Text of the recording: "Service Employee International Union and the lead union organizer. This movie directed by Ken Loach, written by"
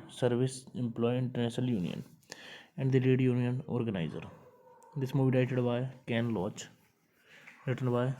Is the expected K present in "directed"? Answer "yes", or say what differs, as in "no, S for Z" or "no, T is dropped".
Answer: no, K is dropped